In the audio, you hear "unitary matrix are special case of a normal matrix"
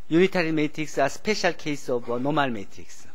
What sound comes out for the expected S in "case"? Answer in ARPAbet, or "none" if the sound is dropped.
S